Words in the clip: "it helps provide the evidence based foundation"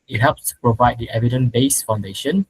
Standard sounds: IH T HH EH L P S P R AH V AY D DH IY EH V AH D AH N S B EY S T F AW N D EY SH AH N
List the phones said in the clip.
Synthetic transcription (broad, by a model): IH T HH EH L P S P R AH V AY D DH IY EH V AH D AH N B EY S F AW N D EY SH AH N